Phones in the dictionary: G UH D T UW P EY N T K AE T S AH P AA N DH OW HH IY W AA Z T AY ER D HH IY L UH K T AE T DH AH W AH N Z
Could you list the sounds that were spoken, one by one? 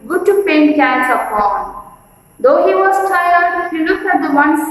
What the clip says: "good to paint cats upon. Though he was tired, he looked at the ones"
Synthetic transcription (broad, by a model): G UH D T UW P EY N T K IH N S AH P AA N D OW HH IY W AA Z T AY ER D HH IY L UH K AE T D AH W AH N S